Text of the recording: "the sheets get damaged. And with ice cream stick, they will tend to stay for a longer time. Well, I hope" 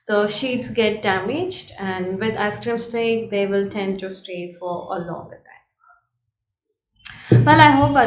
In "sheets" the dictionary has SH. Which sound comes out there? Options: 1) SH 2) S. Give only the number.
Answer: 1